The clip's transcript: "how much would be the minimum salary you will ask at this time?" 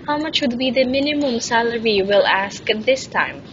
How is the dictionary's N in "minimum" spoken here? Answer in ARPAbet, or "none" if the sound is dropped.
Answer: N